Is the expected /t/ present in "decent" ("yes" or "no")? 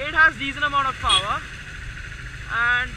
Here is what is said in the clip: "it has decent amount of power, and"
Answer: no